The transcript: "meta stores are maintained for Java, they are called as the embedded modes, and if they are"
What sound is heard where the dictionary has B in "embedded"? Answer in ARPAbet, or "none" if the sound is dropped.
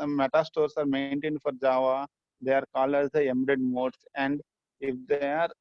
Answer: none